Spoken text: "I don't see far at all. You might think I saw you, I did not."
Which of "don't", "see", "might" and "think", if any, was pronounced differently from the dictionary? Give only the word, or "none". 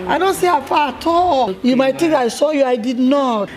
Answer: think